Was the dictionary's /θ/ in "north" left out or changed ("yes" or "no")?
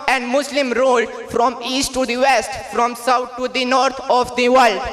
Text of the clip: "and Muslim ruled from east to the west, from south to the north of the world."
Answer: yes